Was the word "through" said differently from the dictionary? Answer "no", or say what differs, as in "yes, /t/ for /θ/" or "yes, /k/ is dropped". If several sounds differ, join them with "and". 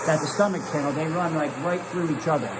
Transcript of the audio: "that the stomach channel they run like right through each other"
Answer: no